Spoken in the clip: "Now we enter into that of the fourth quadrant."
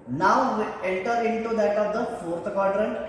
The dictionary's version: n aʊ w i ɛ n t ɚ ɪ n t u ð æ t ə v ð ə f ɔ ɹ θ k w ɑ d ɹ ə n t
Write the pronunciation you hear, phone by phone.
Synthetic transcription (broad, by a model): n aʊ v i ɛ l t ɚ ɪ n t u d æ t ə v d ə f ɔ ɹ t k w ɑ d ɹ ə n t